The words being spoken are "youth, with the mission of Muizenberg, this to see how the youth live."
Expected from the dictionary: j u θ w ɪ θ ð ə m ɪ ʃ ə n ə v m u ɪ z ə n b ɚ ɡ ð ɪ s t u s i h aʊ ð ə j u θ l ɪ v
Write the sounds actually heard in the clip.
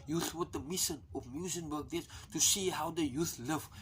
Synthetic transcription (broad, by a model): j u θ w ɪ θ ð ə m ɪ ʃ ə n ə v m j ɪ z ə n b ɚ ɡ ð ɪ t u s i h aʊ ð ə j u θ l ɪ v